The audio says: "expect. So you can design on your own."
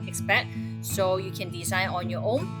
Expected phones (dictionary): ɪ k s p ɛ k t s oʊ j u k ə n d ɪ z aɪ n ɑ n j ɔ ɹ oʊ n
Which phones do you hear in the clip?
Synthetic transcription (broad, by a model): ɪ k s p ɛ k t s oʊ j u k ə n d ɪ s aɪ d ɑ n j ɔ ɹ oʊ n